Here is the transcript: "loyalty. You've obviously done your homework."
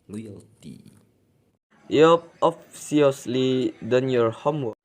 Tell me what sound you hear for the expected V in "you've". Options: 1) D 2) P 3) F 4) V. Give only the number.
2